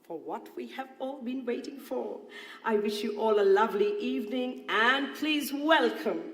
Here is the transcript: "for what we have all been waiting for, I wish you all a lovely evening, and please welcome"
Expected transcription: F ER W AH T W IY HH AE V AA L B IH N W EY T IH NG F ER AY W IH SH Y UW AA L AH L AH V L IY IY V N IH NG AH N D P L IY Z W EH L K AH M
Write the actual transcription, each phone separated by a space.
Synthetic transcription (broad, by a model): F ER W AH T W IY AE V AA L B IH N W EY T IH NG F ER AY W IH SH Y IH AA L AH L AH V L IY IY V N IH NG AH N P L IY Z W EH L K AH M